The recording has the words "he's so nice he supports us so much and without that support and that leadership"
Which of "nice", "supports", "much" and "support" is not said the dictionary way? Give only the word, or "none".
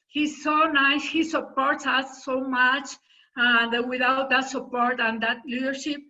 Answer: none